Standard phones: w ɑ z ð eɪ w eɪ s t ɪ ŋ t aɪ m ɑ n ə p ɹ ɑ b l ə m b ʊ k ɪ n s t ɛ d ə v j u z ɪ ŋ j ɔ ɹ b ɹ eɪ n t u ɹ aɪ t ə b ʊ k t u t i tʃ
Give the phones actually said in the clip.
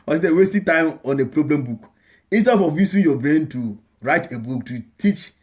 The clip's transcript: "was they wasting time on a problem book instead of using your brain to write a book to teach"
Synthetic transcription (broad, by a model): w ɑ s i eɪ w eɪ s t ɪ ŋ t aɪ m ɑ n ə p ɹ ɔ b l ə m b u k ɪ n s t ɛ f ə v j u s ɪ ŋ j ɔ b ɹ eɪ n t u ɹ aɪ t ə b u k t u t i tʃ